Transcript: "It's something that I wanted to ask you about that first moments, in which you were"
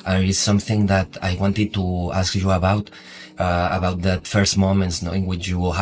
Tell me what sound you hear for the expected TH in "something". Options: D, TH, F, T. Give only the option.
TH